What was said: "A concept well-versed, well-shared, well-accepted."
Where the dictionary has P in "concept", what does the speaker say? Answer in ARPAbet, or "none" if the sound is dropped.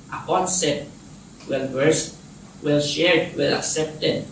none